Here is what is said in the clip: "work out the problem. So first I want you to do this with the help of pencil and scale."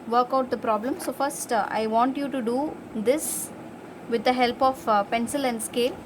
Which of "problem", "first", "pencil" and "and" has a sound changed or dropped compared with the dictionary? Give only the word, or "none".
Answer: none